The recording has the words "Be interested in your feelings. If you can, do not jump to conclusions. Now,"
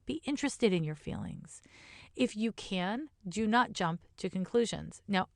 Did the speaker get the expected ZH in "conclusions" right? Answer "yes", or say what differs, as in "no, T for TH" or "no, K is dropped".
yes